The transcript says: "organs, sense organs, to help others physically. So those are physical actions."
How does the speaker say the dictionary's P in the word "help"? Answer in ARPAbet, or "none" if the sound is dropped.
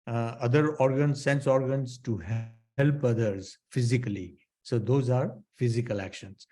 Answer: P